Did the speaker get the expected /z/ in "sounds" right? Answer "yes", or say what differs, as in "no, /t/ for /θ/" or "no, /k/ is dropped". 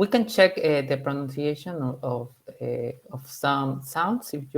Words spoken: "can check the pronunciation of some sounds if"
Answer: no, /s/ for /z/